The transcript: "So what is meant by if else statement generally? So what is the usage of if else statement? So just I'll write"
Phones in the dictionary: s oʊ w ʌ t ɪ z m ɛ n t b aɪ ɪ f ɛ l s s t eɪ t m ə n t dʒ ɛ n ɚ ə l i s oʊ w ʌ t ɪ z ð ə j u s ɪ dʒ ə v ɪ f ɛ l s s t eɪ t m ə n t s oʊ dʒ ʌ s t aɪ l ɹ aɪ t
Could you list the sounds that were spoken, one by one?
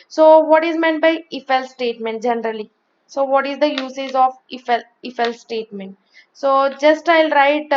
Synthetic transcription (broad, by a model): s oʊ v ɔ t ɪ z m ɛ n t b aɪ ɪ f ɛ l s s t eɪ t m ə n t dʒ ɛ n ɚ ə l i s oʊ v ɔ t ɪ z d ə j u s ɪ z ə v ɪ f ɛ l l s t eɪ t m ə n t s oʊ dʒ ʌ s t aɪ l ɹ aɪ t